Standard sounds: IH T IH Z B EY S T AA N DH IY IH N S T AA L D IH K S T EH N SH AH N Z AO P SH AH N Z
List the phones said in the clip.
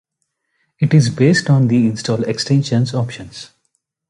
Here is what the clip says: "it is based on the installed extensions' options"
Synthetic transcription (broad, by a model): IH T IH Z B EY S T AA N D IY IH N S T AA L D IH K S T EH N SH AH N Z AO P SH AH N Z